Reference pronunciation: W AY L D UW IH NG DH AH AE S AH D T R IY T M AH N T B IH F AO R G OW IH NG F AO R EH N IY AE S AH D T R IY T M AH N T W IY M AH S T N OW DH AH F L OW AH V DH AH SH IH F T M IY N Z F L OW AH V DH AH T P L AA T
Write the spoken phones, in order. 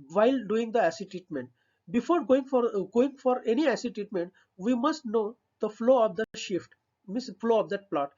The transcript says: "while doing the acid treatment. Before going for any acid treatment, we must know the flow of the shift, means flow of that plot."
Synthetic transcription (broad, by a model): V AY L D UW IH NG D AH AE S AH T IY T M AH N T B IH F AO R G OW IH NG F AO R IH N IY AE S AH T IY T M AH N T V IY M AH S T N OW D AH F L OW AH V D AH SH IH F T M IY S F L OW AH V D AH T P L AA T